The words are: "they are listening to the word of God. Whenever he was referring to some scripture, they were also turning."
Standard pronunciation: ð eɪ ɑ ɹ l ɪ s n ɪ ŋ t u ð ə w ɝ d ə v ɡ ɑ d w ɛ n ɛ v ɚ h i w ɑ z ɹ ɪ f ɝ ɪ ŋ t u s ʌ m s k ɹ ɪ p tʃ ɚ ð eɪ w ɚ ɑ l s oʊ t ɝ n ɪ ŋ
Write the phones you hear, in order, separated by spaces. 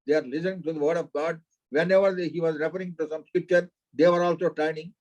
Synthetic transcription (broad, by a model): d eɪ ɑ ɹ l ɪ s ɪ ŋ t u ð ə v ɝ d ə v ɡ ɑ d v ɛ n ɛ v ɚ h i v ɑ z ɹ ɪ f ɝ ɪ ŋ t u s ʌ m s k ɹ ɪ p tʃ ɚ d eɪ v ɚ ɑ l s oʊ t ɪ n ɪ ŋ